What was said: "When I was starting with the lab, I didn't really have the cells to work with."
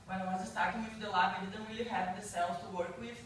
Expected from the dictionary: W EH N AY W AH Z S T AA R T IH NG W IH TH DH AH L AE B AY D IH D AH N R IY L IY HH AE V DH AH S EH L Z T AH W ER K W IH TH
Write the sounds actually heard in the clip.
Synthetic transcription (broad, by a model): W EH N AY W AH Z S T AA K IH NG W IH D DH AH L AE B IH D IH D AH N W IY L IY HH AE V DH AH S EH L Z T AH W ER K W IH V